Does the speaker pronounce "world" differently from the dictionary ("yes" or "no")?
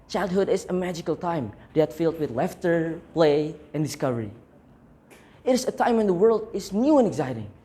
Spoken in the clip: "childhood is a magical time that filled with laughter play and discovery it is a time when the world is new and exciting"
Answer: no